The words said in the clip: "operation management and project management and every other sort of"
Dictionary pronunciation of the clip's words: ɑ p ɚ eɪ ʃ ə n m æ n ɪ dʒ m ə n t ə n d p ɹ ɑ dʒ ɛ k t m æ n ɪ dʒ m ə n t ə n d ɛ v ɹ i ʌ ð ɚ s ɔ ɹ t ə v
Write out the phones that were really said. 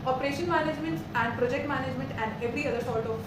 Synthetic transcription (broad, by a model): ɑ p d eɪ ʃ ə n m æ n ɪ dʒ m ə n t ə n d p ɹ ɑ dʒ ɛ k t m æ n ɪ dʒ m ə n t ə n d ɛ v ɹ i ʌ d ɚ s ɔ l t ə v